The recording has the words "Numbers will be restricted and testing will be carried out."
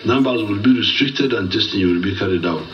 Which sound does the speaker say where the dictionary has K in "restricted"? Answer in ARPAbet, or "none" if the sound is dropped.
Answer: K